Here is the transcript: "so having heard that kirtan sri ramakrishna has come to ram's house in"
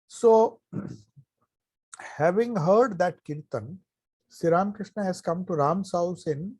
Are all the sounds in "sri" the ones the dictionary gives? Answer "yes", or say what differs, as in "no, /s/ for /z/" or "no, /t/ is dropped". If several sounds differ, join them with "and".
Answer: no, /ɹ/ is dropped